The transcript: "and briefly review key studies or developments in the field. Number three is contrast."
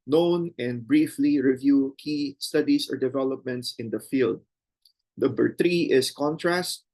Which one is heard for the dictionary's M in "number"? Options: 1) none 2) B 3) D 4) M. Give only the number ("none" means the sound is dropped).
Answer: 1